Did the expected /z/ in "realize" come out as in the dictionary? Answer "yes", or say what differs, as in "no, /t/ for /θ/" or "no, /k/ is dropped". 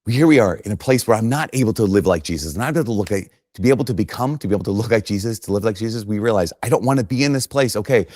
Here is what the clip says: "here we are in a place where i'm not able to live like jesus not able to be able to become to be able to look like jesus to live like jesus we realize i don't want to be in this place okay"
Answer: yes